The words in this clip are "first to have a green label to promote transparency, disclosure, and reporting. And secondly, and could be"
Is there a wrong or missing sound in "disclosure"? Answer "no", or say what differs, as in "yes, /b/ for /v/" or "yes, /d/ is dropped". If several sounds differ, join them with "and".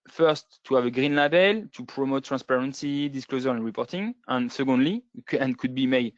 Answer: yes, /z/ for /ʒ/